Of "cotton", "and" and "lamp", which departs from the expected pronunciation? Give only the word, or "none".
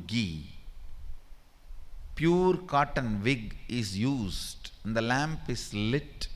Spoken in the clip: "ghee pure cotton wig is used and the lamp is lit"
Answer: none